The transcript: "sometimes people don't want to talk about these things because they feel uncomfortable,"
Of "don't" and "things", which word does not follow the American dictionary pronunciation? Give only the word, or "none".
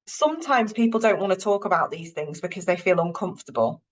none